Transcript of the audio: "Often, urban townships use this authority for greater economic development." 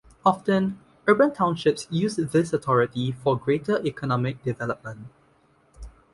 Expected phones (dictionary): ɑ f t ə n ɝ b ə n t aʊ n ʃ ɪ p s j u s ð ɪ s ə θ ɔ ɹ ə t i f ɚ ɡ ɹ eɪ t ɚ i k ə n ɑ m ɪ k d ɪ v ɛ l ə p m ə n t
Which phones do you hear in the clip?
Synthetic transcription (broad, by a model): ɑ f t ə n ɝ b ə n t aʊ n ʃ ɪ p s j u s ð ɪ s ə t ɔ ɹ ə t i f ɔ ɡ ɹ eɪ t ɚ i k ə n ɑ m ɪ k d ɪ v ɛ l ə p m ə n t